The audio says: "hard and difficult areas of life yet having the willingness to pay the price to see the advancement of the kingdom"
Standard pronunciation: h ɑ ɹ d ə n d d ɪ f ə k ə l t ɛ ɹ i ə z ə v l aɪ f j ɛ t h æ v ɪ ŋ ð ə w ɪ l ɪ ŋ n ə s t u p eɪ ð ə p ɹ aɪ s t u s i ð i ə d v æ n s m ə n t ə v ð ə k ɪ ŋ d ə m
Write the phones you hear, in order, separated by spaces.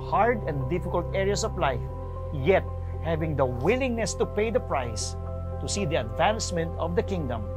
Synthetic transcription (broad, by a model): h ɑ ɹ d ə n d d ɪ f ə k ə l t ɛ ɹ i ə s ə v l aɪ f j ɛ t h æ v ɪ ŋ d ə w ɪ l ɪ ŋ n ə s t u p eɪ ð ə p ɹ aɪ s t u s i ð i ə d v æ n s m ə n t ə v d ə k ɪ ŋ d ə m